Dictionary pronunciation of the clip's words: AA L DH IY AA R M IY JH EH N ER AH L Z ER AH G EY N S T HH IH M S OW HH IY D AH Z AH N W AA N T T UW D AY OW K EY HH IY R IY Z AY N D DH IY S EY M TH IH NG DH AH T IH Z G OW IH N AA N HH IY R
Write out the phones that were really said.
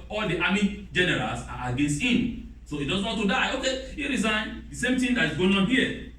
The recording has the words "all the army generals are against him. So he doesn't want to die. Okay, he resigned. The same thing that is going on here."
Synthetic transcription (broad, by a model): AA L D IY AA M IY JH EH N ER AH L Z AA AH G EY N S T HH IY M S OW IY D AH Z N W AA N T T UW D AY OW K EY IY R IY Z AY N D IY S EY M T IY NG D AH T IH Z G OW IH N AA N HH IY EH